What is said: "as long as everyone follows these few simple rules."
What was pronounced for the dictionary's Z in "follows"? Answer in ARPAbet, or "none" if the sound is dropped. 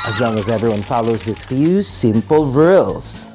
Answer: Z